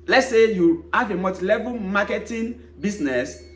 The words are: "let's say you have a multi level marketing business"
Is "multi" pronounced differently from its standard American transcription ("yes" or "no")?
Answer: yes